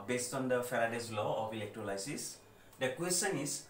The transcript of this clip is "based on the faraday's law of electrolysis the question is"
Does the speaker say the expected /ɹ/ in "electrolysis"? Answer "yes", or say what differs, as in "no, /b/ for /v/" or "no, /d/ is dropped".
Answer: no, /l/ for /ɹ/